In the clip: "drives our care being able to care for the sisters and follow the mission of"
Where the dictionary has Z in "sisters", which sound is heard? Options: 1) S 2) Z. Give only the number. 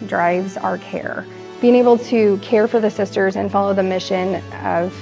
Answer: 2